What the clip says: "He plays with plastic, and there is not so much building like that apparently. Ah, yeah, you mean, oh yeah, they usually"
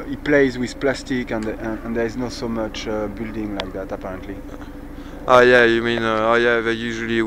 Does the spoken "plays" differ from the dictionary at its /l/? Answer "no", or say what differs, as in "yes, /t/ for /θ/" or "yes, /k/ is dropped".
no